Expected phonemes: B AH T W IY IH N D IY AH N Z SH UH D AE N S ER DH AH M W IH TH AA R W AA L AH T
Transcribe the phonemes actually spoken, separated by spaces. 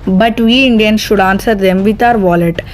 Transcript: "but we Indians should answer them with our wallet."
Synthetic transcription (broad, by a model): B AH T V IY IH N D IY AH N SH UH D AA N S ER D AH M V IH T AA R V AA L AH T